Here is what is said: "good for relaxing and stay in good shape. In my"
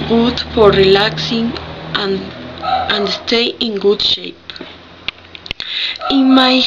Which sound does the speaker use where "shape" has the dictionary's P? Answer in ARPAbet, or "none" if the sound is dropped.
P